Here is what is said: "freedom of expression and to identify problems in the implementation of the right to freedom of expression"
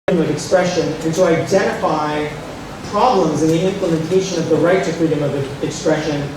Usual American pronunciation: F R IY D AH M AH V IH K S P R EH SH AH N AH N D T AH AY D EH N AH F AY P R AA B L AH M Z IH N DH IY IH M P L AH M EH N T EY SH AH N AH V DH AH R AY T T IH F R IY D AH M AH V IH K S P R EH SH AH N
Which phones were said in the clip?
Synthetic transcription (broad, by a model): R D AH M AH V IH K S P R EH SH AH N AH N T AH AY D EH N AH F AY P R AA B L AH M Z IH N DH IY IH M P L AH M EH N T EY SH AH N AH V DH AH R AY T T IH F R IY D AH M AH V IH K S P R EH SH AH N